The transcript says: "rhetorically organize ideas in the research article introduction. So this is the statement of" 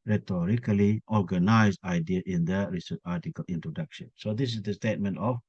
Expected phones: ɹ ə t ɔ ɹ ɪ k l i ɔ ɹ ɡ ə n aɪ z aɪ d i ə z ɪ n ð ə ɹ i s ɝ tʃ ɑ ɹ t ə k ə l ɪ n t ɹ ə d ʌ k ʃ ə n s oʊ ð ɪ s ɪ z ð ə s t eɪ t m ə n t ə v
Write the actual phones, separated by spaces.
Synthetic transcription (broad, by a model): ɹ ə t ɔ ɹ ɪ k l i ɔ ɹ ɡ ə n aɪ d aɪ d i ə ɪ n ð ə ɹ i s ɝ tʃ ɑ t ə k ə l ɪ n t ɹ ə d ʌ k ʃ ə n s oʊ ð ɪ s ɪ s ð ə s t eɪ t m ə n t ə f